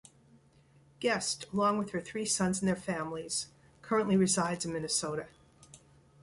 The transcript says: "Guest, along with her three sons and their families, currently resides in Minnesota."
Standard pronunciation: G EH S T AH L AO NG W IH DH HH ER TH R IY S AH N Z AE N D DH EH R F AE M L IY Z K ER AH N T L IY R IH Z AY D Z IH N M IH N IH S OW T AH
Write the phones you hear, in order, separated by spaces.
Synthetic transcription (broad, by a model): G EH S T AH L AO NG W IH DH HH ER TH R IY S AH N Z N DH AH R F AE M L IY Z K ER AH N T L IY R IH Z AY D Z IH N M IH N IH S OW T AH